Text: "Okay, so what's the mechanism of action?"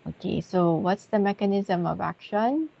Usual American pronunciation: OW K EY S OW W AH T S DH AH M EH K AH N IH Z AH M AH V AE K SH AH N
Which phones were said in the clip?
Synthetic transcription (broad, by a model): OW K EY S OW W AH T S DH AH M EH K AH N IH Z AH M AH V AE K SH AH N